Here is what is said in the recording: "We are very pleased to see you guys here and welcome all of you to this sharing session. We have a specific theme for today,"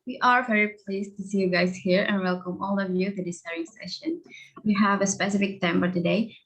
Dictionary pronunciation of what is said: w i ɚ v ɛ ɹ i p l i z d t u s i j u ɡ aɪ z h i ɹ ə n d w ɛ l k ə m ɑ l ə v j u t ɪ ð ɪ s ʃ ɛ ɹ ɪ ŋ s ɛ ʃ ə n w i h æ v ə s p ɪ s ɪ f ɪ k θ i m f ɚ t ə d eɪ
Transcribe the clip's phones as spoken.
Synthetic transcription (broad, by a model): w i ɚ v ɛ ɹ i p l i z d t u s i j u ɡ aɪ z h i ɹ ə n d w ɛ l k ə m ɑ l ə v j u t ɪ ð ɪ s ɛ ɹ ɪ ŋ s ɛ ʃ ə n w i h æ v ə s p ɪ s ɪ f ɪ k t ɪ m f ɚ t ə d eɪ